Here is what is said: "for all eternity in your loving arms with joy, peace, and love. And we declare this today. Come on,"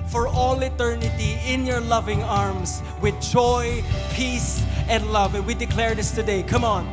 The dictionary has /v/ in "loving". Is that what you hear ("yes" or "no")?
yes